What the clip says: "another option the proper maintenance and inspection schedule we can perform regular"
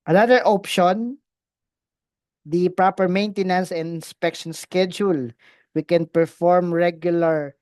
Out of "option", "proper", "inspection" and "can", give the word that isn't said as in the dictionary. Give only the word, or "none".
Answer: none